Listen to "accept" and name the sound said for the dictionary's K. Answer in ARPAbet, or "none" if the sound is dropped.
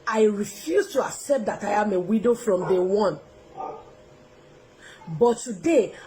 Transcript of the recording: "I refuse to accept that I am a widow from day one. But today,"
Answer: K